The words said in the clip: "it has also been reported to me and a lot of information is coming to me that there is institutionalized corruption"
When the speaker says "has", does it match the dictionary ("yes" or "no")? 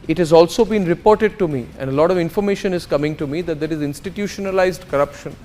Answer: yes